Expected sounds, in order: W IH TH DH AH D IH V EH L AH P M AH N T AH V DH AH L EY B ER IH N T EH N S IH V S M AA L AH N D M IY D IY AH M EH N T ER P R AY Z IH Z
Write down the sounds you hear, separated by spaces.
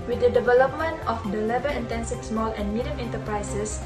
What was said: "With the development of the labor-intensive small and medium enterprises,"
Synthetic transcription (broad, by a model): W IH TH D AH D IH V EH L AH P M AH N T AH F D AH L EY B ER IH N T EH N S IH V S M AA L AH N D M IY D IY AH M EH N T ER P R AY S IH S